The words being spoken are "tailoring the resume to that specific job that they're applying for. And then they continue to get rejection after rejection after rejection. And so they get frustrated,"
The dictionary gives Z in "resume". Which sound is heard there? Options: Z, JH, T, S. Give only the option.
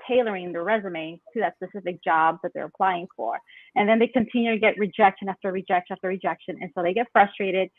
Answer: Z